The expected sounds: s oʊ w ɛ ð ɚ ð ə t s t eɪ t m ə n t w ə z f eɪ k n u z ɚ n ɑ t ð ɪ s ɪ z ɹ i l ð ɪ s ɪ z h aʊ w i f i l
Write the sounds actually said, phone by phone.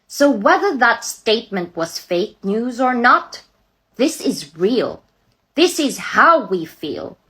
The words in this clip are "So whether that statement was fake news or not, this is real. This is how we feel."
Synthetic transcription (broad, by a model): s oʊ w ɛ ð ɚ ð ə t s t eɪ t m ə n t w ə z f eɪ k n u z ɚ n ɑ t ð ɪ s ɪ z ɹ i l ð ɪ s ɪ z h aʊ w i f i l